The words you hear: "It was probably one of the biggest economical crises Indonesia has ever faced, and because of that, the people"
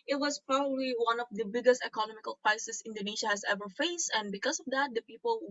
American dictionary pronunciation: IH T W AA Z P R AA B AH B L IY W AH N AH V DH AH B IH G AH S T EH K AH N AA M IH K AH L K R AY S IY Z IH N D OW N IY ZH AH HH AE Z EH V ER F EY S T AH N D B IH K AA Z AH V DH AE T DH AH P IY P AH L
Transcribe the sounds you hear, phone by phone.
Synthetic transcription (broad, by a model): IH T W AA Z P R AA B AH B L IY W AH N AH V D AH B IH G AH S T EH K AH N AA M IH K AH L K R AY S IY S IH N D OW N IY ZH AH HH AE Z EH V ER F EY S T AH N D B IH K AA S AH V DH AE T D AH P IY P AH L